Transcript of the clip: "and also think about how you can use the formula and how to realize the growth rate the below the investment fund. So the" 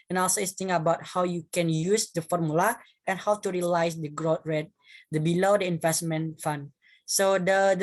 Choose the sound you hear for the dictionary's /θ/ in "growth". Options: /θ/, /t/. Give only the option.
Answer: /t/